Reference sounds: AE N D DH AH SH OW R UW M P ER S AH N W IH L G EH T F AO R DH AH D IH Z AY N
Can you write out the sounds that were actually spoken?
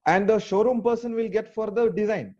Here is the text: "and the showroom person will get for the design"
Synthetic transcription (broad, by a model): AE N D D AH SH OW R UW M P ER S AH N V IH L G EH T F AO R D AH D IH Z AY N